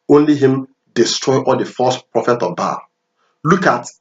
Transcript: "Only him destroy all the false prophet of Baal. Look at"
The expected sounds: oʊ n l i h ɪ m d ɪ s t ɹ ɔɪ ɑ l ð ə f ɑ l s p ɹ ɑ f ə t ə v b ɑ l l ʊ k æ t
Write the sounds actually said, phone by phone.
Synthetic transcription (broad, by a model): oʊ n l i h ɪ m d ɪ s t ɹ ɔɪ ɑ l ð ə f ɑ s p ɹ ɑ f ə t ə v b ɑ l l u k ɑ t